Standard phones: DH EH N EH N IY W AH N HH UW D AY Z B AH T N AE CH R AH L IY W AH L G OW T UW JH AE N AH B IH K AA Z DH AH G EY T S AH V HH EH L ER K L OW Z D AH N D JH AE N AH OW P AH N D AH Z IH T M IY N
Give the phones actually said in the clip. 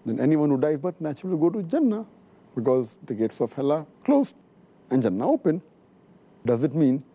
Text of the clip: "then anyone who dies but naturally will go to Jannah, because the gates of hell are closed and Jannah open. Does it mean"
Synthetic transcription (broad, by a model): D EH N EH N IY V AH N HH UW D AY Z B AH T N AE CH R AH L IY G OW T UW JH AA N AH B IH K AA Z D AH G EY T S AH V HH EH L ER K L OW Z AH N JH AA N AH OW P AH N D AH Z IH T M IY N